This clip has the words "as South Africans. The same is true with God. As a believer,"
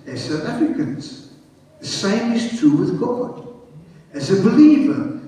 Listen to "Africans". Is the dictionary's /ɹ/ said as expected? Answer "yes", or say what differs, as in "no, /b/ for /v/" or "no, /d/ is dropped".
no, /ɹ/ is dropped